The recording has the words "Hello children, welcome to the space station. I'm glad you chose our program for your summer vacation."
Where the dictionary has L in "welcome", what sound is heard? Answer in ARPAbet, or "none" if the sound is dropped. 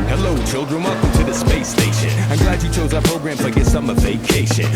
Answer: none